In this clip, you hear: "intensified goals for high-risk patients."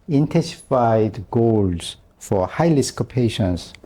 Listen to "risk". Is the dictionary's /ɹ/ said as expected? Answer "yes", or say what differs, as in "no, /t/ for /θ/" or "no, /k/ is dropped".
no, /l/ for /ɹ/